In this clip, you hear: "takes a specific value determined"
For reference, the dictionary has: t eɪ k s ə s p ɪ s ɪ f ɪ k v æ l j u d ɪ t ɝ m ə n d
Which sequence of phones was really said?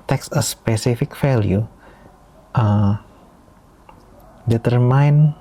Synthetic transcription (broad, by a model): t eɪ k s ə s p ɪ s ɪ f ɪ k f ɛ l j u d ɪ t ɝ m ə n